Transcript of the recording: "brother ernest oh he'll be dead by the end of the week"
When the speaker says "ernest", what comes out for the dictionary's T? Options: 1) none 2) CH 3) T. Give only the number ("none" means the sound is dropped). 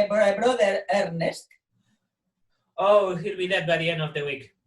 3